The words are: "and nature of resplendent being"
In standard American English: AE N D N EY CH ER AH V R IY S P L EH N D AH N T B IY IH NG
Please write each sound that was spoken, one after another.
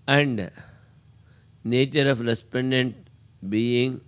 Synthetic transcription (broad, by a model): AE N D N EY CH ER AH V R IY S P EH N D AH N T B IY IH NG